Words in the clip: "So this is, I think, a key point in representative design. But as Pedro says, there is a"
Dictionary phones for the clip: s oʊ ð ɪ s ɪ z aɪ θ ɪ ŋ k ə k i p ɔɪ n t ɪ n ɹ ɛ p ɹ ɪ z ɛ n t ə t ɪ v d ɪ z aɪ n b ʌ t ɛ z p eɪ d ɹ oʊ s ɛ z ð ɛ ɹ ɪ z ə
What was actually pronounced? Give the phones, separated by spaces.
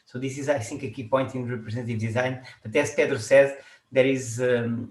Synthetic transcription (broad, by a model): s oʊ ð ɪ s ɪ z aɪ s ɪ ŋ k ə k i p ɔɪ n t ɪ n ɹ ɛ p ɹ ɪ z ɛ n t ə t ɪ v d ɪ z aɪ n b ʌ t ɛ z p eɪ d ɹ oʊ s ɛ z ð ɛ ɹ ɪ z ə